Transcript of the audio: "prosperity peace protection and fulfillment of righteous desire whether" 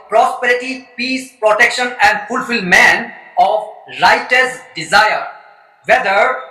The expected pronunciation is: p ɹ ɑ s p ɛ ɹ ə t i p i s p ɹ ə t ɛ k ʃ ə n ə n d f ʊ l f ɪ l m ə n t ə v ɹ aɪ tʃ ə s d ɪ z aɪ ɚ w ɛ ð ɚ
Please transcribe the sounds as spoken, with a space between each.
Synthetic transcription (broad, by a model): p ɹ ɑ s p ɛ ɹ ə t i p i s p ɹ ə t ɛ k ʃ ə n ə n d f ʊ l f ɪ l m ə n ə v ɹ aɪ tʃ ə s d ɪ z aɪ ɚ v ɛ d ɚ